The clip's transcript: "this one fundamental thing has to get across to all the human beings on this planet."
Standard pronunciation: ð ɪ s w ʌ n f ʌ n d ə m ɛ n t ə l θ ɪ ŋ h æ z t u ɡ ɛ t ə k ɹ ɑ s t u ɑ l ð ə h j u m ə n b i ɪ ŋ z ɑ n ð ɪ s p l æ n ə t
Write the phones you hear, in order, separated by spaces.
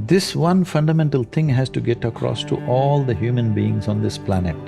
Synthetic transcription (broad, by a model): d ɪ s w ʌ n f ʌ n d ə m ɛ n t ə l t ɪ ŋ h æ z t u ɡ ɛ t ə k ɹ ɑ s t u ɑ l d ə h j u m ə n b i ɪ ŋ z ɑ n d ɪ s p l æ n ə t